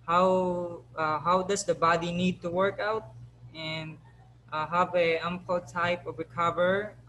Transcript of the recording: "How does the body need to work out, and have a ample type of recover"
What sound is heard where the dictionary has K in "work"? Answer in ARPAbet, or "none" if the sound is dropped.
K